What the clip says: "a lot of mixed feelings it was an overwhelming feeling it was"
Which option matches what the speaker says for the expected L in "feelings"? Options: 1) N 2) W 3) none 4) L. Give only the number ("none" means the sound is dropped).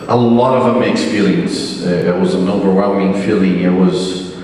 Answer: 3